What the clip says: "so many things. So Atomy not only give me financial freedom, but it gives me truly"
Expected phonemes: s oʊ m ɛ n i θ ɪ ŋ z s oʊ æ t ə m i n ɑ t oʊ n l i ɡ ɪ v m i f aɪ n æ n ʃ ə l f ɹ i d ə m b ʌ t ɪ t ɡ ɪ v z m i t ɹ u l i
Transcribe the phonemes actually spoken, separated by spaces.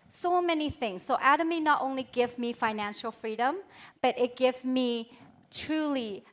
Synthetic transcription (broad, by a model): s oʊ m ɛ n i θ ɪ ŋ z s oʊ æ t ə m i n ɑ t oʊ n l i ɡ ɪ v m i f aɪ n æ n ʃ ə l f ɹ i d ə m b ʌ t ɪ t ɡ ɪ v m i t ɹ u l i